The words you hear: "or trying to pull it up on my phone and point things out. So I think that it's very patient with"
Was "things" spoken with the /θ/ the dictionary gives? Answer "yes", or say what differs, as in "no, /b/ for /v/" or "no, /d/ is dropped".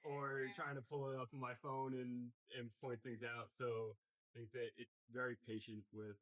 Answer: yes